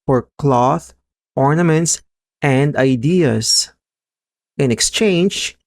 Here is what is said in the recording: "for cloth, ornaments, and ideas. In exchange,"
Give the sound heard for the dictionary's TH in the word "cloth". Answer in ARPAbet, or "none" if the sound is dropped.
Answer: TH